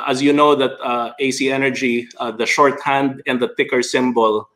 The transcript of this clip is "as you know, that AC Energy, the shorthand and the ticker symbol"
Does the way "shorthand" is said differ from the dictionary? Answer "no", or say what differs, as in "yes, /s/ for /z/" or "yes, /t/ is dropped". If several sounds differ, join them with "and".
no